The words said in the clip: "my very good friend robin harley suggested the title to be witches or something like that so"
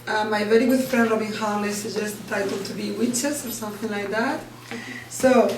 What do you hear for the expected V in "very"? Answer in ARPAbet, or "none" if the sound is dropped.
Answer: V